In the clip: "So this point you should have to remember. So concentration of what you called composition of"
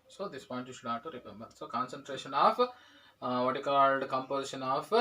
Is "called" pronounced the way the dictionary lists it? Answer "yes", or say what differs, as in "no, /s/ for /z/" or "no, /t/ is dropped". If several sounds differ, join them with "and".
yes